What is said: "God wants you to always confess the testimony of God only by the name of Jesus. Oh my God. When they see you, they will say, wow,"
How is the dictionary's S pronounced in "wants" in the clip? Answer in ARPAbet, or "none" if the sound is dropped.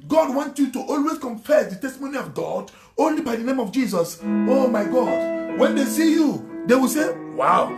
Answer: none